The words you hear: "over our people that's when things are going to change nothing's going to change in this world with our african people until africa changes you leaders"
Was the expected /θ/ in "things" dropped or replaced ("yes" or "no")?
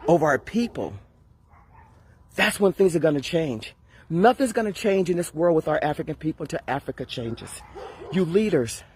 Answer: no